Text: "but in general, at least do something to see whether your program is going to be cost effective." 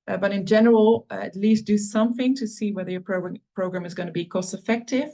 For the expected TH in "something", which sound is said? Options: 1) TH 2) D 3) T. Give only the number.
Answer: 1